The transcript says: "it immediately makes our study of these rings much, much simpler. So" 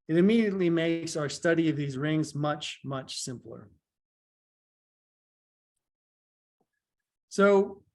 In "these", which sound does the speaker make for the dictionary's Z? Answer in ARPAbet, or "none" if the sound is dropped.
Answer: Z